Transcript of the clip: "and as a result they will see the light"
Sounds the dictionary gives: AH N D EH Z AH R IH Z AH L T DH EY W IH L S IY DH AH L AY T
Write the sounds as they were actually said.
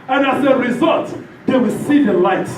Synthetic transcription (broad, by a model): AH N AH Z AH R IH Z AH L T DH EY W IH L S IY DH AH L AY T